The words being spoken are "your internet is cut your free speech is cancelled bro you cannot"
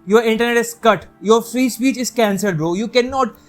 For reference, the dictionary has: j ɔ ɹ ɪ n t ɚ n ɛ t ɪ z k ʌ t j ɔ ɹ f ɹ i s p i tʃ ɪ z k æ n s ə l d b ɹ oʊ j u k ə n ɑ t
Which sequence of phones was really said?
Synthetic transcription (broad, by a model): j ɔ ɹ ɪ n t ɚ n ɛ t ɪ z k ʌ t j ɔ ɹ f ɹ i s p i tʃ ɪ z k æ n s ə d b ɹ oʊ j u k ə n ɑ t